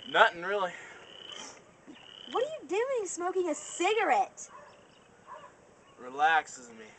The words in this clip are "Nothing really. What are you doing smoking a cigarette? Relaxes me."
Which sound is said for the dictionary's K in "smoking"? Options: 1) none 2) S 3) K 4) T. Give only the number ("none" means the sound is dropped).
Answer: 3